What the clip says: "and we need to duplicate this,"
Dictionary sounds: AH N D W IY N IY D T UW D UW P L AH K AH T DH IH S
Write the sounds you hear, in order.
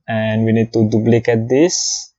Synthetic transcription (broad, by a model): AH N D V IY N IY D T UW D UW B L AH K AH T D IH S